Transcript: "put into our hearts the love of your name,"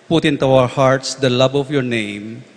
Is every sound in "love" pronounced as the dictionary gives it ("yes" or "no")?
no